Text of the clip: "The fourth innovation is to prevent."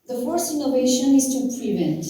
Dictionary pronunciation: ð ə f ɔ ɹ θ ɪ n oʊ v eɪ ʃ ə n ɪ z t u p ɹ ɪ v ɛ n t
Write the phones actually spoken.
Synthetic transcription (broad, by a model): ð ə f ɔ ɹ s ɪ n oʊ v eɪ ʃ ə n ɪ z t u p ɹ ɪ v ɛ n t